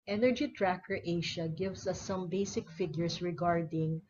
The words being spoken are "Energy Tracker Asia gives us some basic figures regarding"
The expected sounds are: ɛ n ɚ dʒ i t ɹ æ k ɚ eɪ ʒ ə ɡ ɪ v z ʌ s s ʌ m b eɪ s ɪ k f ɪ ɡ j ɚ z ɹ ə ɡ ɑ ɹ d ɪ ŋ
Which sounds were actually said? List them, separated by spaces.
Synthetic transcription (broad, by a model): ɛ n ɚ dʒ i t ɹ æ k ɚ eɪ ʃ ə ɡ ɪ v s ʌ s s ʌ m b eɪ s ɪ k f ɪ ɡ j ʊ s ɹ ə ɡ ɑ ɹ d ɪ ŋ